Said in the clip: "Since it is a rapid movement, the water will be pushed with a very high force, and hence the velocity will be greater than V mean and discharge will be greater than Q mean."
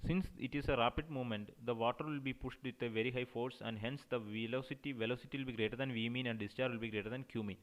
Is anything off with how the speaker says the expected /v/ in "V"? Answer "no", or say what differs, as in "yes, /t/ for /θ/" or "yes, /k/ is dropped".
no